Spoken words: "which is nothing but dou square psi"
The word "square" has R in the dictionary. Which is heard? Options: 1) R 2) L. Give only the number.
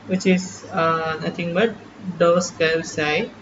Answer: 2